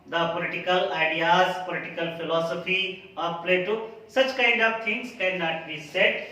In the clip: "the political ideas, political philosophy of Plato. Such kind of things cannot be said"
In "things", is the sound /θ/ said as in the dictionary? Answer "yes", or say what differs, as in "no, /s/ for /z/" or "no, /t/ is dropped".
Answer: no, /t/ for /θ/